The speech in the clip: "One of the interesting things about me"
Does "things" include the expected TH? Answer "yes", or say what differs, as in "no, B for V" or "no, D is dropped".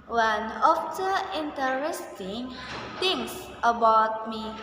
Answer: no, T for TH